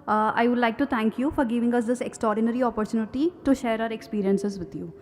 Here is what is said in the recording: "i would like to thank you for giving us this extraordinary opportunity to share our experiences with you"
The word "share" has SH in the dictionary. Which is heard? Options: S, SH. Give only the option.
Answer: SH